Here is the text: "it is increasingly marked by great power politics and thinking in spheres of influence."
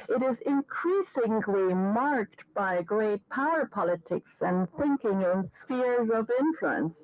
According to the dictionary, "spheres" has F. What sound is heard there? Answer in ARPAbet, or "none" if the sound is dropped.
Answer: F